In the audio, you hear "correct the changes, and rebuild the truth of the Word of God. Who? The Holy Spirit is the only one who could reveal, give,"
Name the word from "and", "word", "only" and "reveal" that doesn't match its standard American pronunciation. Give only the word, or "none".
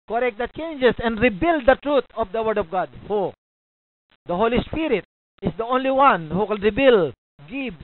reveal